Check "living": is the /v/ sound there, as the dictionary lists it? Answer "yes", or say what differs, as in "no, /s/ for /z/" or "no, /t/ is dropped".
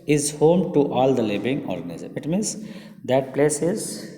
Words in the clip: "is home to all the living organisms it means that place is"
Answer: no, /b/ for /v/